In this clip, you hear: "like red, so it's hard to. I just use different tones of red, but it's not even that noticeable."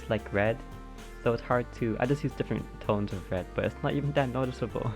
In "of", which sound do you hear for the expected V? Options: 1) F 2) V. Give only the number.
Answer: 2